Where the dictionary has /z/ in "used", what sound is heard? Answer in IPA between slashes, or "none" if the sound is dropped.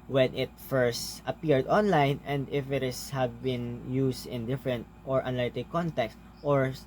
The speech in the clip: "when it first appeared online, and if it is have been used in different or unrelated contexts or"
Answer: /s/